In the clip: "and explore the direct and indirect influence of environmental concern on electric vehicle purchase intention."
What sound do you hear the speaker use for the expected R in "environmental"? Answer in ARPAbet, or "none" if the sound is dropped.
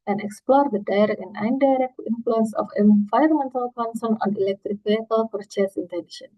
none